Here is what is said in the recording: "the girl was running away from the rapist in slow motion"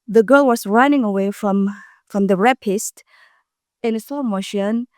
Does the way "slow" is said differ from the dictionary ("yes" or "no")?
yes